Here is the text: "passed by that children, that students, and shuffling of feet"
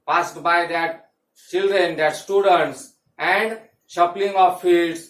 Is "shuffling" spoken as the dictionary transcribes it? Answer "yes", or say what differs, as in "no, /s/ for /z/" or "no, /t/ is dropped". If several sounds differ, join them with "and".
no, /p/ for /f/